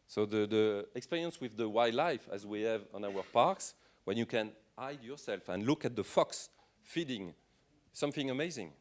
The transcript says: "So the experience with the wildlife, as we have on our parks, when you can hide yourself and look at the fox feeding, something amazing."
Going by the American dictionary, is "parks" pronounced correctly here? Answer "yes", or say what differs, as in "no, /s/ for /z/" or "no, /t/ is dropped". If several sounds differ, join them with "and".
yes